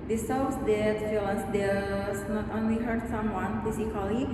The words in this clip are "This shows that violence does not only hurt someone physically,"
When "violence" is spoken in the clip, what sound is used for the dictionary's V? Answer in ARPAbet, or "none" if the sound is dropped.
F